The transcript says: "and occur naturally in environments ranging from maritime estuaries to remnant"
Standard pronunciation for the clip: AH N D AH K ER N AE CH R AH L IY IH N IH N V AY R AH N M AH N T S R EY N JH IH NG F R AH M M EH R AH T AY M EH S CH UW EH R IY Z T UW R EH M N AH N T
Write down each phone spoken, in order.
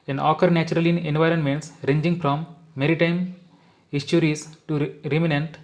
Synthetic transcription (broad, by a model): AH N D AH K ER N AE CH R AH L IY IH N IH N V AY R AH N M AH N T S R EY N JH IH NG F R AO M M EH R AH T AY M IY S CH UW R IY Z T UW R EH M N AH N T